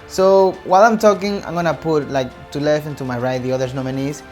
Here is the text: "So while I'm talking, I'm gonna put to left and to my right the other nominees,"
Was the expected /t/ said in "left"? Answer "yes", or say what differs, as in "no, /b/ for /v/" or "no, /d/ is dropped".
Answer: no, /t/ is dropped